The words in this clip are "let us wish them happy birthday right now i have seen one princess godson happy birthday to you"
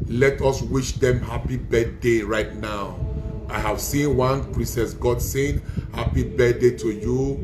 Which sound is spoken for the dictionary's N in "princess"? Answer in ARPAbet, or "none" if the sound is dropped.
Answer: none